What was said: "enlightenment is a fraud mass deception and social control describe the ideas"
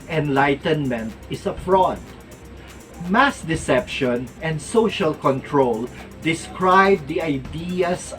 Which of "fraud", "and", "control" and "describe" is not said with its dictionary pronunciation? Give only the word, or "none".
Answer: none